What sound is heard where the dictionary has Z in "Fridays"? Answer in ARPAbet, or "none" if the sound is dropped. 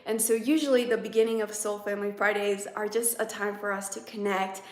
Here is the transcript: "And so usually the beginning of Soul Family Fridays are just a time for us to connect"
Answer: Z